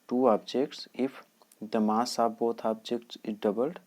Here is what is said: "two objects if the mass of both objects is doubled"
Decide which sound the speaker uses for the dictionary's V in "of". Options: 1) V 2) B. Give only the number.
2